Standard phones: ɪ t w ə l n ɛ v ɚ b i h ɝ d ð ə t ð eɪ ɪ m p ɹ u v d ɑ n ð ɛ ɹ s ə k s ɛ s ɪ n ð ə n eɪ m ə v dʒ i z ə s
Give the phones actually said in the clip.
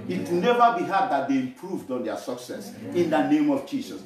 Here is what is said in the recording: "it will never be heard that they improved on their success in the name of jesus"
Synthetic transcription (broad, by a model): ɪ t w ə n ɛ v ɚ b i h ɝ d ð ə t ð eɪ ɪ m p ɹ u v d ɑ n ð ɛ s ə k s ɛ s ɪ n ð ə n eɪ m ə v dʒ i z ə s